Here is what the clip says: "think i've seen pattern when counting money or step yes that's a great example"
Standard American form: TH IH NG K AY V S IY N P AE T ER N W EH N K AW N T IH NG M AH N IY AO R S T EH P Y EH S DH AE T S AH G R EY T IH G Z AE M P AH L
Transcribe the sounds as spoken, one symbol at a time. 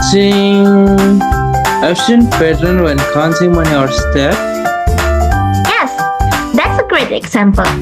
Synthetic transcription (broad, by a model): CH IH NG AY F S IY N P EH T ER N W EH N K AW N S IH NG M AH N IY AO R S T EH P Y EH S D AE T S AH G R EY T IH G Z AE M P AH L